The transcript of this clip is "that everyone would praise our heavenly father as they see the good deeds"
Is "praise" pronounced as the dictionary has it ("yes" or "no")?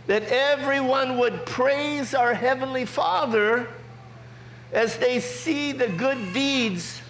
yes